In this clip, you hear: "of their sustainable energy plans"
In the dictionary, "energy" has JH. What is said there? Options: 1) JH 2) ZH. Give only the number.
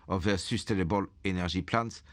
2